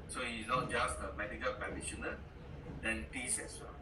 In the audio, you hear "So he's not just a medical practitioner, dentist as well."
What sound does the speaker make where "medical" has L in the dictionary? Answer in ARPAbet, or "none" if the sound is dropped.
L